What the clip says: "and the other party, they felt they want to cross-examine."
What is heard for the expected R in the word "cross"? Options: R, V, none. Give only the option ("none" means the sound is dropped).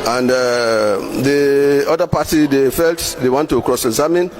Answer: R